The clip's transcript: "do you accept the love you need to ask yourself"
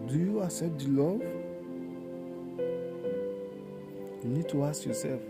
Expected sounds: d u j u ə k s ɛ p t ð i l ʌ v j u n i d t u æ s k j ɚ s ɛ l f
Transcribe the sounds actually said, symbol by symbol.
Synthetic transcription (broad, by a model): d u j u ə s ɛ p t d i l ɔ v j u n i d t u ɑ s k j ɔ s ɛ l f